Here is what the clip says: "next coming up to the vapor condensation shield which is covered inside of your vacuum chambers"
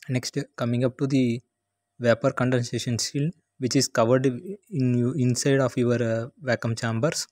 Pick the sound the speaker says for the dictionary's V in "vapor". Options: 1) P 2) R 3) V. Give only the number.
3